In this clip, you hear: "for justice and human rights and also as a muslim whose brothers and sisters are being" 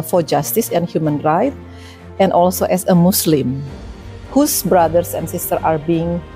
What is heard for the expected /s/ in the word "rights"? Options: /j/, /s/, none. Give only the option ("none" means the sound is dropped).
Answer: none